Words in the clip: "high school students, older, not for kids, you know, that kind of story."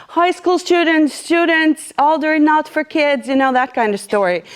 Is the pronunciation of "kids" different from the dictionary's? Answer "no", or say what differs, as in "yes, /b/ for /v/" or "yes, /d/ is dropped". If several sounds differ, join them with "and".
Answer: no